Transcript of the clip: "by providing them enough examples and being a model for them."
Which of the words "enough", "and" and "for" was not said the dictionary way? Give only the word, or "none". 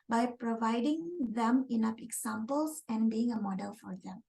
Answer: enough